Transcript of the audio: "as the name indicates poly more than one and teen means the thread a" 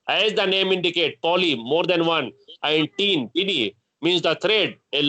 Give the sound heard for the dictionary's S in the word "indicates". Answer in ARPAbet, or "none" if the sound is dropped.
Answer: none